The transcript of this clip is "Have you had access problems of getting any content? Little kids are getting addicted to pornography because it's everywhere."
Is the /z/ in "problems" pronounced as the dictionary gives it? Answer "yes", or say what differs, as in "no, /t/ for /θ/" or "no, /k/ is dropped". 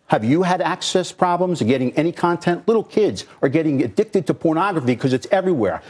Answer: yes